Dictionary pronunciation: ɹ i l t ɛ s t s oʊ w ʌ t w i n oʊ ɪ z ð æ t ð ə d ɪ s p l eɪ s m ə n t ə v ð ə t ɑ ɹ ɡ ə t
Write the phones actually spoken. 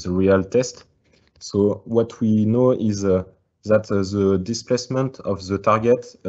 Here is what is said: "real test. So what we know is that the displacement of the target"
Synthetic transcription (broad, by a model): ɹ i l t ɛ s t s oʊ w ʌ t w i n oʊ ɪ z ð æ t ð ə d ɪ s p l eɪ s m ə n t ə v ð ə t ɑ ɹ ɡ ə t